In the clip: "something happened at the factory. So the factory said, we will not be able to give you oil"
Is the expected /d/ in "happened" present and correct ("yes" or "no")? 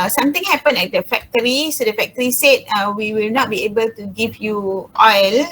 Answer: no